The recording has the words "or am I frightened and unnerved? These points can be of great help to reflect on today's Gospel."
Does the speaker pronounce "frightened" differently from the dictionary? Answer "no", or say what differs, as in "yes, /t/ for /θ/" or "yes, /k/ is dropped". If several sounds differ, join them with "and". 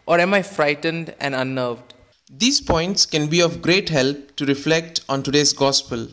no